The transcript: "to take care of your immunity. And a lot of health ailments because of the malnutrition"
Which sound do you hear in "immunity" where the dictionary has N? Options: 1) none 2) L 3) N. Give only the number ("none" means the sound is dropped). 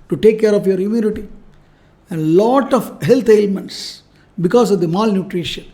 2